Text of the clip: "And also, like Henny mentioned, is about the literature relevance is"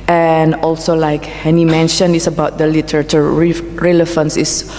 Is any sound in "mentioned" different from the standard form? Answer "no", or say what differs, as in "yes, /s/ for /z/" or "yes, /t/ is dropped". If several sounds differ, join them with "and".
yes, /d/ is dropped